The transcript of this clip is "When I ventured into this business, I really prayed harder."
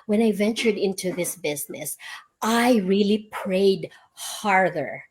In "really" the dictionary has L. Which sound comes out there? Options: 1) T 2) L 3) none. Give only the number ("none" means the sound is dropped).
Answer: 2